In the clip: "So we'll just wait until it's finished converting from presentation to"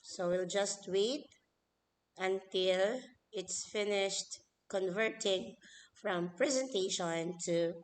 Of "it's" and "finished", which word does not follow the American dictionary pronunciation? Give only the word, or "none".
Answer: none